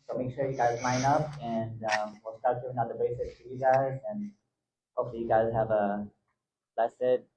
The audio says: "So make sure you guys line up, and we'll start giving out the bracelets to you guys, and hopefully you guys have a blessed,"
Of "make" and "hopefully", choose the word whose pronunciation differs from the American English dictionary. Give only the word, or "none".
hopefully